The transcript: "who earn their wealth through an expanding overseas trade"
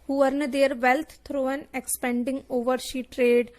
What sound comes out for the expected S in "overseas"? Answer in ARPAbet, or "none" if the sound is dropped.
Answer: SH